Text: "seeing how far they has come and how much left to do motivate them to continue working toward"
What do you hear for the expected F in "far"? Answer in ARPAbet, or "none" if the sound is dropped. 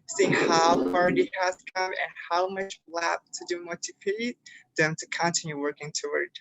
P